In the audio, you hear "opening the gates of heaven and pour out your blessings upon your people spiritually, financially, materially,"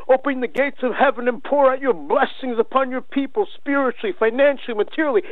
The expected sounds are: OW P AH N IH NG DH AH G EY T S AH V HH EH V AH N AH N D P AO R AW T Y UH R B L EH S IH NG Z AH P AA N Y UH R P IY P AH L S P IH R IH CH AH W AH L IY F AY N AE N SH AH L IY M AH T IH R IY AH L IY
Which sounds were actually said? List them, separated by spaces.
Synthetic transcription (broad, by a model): OW P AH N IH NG DH AH G EY T S AH V HH EH V AH N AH N P AO R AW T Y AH R B L EH S IH NG Z AH P AA N Y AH R P IY P AH L S P IH R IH CH L IY F AY N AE N SH L IY M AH T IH R L IY